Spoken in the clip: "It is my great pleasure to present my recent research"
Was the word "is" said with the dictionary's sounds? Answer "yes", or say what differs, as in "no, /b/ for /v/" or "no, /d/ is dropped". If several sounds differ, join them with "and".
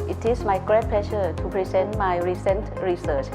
no, /s/ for /z/